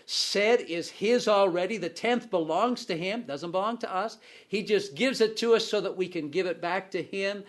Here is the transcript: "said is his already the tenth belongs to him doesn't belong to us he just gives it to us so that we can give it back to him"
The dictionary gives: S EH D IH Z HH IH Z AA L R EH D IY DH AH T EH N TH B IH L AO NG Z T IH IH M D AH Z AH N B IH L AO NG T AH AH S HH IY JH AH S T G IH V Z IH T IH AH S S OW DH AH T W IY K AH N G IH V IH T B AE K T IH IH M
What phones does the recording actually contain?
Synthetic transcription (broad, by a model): S EH D IH Z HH IH Z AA L R EH D IY DH AH T EH N TH B IH L AO NG Z T IH IH M D AH Z AH N B IH L AO NG T AH AH S HH IY JH AH S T G IH V Z IH T IH AH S S OW DH AH T W IY K AH N G IH V IH T B AE K T IH IH M